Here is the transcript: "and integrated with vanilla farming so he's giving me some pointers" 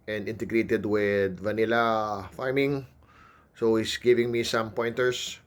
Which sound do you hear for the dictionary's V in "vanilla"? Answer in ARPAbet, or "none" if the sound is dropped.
V